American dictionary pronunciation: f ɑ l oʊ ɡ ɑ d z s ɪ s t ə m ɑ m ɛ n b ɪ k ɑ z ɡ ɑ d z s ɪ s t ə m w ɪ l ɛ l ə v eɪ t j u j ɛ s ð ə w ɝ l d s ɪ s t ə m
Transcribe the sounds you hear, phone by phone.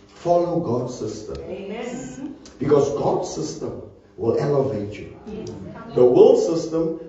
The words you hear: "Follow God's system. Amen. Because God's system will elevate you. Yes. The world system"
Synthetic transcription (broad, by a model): f ɑ l oʊ ɡ ɑ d s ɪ s t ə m m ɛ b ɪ k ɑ s ɡ ɑ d s ɪ s t ə m w ɪ l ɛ l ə v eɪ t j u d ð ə w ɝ l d s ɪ s t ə m